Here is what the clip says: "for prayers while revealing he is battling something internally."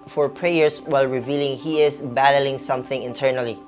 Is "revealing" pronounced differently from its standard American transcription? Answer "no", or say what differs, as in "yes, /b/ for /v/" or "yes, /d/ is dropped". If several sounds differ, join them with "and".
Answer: no